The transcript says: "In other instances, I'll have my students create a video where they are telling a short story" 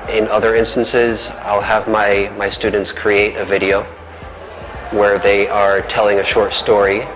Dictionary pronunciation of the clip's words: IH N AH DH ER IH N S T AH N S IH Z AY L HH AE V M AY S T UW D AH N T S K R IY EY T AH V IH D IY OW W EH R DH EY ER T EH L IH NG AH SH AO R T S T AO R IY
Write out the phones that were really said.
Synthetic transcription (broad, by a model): IH N AH DH ER IH N S T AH N S IH Z AY L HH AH V M AY S T UW D N T S K R IY EY T AH V IH D IY OW W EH R DH EY ER T EH L IH NG AH SH AO R T S T AO R IY